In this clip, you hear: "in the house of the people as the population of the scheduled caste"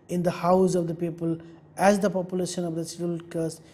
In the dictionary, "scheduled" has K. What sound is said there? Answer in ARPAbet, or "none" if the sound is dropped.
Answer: none